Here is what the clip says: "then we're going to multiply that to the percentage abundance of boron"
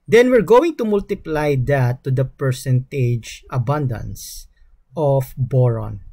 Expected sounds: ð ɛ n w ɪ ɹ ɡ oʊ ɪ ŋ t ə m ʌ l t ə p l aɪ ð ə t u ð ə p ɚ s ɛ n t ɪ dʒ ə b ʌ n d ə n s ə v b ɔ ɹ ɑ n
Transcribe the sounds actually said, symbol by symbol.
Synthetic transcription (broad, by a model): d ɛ n w ɪ ɹ ɡ oʊ ɪ ŋ t ə m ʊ l t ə p l aɪ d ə t u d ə p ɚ s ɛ n t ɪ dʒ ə b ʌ n d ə n s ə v b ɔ ɹ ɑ n